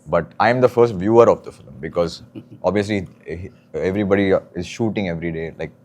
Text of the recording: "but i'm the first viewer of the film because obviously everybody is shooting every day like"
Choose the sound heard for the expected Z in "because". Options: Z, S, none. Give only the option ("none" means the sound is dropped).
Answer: Z